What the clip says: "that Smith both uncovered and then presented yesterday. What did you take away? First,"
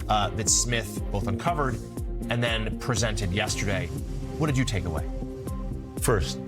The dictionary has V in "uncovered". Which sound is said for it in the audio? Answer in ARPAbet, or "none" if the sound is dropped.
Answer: V